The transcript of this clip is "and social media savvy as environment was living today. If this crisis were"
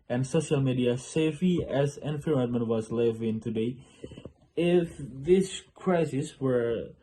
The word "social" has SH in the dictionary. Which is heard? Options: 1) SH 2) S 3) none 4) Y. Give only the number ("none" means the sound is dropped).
1